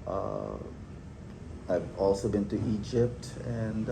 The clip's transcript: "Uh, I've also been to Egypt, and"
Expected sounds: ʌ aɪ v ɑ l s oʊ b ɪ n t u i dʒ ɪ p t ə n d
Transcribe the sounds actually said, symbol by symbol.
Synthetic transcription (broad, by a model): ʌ aɪ v ɑ l s oʊ b ɪ n t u i dʒ ɪ p t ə n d